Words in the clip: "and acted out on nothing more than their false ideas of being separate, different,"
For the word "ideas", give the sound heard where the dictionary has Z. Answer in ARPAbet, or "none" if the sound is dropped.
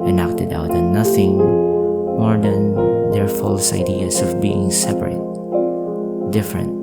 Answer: S